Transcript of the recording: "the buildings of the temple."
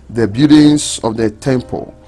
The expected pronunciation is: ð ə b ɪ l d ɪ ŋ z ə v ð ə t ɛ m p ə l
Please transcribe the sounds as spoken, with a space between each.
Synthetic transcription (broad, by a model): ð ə b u d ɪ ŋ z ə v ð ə t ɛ m p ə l